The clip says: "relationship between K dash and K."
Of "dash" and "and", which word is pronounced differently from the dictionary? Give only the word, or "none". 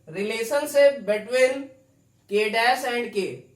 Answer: dash